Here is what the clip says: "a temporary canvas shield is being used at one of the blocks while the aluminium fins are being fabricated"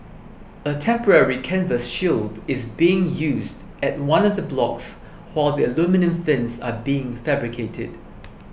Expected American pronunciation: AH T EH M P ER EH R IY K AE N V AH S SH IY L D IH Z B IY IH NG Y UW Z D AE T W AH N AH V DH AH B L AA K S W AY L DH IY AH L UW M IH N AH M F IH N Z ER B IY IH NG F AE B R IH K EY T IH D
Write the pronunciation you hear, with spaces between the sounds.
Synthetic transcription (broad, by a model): AH T EH M P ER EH R IY K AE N V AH S SH IY L D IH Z B IY IH NG Y UW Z D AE T W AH N AH V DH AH B L AA K S W AY L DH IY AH L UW M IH N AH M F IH N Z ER B IY IH NG F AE B R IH K EY T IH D